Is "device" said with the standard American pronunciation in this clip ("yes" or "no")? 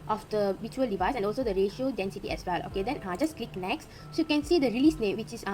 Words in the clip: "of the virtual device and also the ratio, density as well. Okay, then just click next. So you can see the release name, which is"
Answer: yes